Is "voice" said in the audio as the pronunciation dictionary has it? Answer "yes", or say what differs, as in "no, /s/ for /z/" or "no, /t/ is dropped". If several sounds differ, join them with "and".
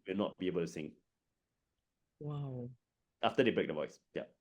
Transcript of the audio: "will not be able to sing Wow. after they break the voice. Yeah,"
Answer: yes